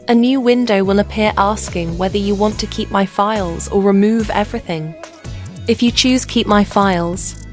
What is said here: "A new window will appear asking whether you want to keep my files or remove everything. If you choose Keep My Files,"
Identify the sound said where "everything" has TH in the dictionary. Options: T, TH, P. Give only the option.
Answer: TH